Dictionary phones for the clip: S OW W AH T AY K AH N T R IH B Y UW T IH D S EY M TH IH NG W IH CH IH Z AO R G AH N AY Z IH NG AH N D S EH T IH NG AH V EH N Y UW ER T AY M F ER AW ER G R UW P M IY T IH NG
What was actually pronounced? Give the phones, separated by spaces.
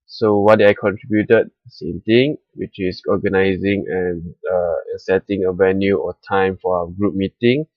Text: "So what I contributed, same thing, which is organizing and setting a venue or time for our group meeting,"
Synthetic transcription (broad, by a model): S OW W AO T AY K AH N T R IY B Y UW T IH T S EY M T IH NG W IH CH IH S AO G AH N AY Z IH NG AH N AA S EH T IH NG AH V EH N Y UW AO T AY M F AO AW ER G R UW P M IY T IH NG